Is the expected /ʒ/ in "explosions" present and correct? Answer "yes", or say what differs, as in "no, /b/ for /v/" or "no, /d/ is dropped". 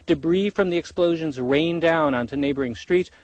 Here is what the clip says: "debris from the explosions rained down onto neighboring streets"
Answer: yes